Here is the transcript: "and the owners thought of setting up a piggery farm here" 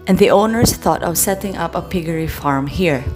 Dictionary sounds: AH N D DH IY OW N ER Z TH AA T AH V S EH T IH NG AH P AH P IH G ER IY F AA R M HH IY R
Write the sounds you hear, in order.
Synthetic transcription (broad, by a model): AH N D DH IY OW N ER S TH AA T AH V S EH T IH NG AH P AH P IH G ER IY F AA R M HH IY R